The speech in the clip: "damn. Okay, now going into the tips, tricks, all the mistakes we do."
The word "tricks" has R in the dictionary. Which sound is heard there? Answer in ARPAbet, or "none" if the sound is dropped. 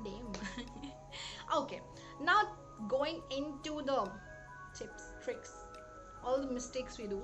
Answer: R